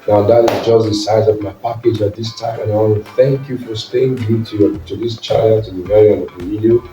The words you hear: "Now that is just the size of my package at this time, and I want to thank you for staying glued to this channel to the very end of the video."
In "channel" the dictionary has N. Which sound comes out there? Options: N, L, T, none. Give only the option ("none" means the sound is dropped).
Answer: none